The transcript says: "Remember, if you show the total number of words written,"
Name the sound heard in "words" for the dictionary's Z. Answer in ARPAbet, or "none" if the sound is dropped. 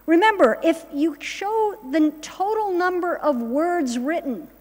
Z